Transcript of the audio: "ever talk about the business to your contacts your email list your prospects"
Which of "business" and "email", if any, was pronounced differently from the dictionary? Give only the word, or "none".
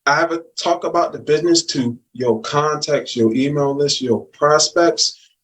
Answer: none